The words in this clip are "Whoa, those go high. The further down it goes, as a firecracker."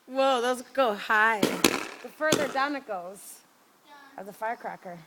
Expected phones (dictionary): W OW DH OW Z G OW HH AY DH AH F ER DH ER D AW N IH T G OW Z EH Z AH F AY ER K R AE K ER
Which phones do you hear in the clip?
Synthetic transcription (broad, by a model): W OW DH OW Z G OW HH AY DH AH F ER DH ER D AW N IH T G OW Z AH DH AH F AY ER K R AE K ER